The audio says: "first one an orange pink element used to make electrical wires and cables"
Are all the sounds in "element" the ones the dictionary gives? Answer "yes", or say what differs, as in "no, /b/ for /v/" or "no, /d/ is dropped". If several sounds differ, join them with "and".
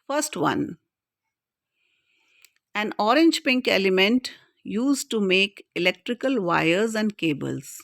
yes